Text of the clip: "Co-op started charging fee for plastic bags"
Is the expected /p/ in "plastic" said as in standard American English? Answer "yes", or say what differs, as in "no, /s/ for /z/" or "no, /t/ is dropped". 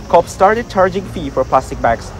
yes